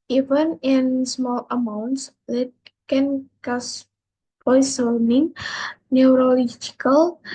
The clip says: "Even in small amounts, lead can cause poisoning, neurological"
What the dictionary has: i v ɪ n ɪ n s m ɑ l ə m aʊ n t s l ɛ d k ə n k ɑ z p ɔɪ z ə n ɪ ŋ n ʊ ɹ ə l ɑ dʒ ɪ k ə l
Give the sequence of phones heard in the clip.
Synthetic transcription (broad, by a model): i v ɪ n ɪ n s m ɑ l ə m aʊ n t s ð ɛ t k ə n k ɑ s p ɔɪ s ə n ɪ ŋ n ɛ ɹ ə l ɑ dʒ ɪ k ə l